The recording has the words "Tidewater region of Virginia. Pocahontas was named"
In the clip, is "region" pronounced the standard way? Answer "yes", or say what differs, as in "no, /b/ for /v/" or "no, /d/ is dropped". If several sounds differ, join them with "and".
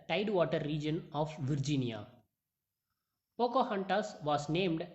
yes